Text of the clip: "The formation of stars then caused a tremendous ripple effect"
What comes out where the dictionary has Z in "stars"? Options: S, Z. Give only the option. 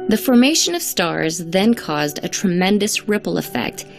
Z